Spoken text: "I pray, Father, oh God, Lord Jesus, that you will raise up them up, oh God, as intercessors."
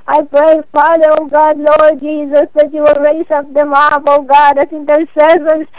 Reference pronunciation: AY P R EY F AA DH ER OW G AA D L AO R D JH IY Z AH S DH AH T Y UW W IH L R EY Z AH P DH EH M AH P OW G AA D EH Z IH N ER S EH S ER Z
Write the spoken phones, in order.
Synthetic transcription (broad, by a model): AY P R EY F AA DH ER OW G AA D L AO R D JH IY Z AH S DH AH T Y UW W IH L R EY S AH P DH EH M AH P OW G AA D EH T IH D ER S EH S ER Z